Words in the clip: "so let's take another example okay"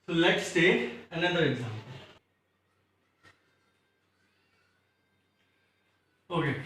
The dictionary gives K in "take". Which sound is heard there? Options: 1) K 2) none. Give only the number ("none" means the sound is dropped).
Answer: 2